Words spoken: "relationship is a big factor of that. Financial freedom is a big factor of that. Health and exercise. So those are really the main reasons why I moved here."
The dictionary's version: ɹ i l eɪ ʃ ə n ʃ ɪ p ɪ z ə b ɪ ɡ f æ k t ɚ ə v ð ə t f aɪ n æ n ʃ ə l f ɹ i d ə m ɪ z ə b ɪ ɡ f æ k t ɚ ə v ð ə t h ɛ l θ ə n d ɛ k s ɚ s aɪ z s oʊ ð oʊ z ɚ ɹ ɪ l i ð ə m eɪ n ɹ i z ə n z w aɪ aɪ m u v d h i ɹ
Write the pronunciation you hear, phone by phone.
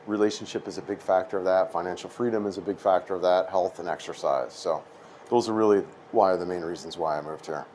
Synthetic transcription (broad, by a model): ɹ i l eɪ ʃ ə n ʃ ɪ p ɪ z ə b ɪ ɡ f æ k t ɚ ə v ð ə t f aɪ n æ n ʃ l f ɹ i d ə m ɪ z ə b ɪ ɡ f æ k t ɚ ə v ð ə t h ɛ l θ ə n ɛ k s ɚ s aɪ z s oʊ ð oʊ z ɚ ɹ ɪ l i ð ə m eɪ n ɹ i z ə n z w aɪ aɪ m u v d h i ɹ